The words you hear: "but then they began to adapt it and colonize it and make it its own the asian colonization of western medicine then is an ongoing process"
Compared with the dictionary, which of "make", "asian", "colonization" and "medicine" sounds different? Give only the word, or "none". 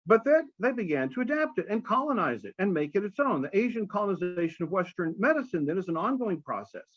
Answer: none